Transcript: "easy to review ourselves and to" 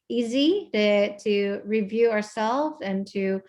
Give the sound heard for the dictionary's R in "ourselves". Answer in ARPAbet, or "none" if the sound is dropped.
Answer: R